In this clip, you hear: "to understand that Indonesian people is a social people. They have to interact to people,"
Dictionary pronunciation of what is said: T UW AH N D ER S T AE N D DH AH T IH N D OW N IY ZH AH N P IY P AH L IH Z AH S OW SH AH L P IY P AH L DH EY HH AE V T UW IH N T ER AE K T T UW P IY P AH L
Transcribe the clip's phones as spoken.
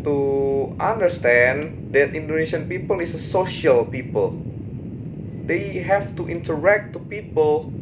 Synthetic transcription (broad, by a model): T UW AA N D ER S T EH N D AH T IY N D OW N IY S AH N P IY P AH L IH S AH S OW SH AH L P IY P AH L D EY HH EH F T UW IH N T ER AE K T T UW P IY P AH L